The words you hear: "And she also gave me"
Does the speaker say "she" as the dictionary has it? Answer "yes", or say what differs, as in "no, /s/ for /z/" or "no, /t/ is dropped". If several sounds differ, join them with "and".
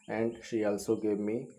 yes